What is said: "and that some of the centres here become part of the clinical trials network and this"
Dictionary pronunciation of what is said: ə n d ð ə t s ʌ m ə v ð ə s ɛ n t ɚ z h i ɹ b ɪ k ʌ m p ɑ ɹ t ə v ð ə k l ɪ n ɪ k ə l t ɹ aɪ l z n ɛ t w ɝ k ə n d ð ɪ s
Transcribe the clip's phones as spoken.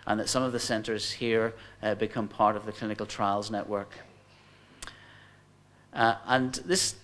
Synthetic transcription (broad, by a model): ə n ð ə t s ʌ m ə v ð ə s ɛ n t ɚ z h i ɹ b ɪ k ʌ m p ɑ ɹ t ə v ð ə k l ɪ n ɪ k ə l t ɹ aɪ l z n ɛ t w ɝ k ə n ð ɪ s